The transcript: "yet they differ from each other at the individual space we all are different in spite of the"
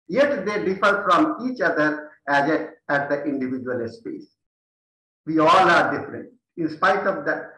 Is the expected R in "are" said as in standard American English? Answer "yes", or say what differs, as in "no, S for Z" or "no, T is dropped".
yes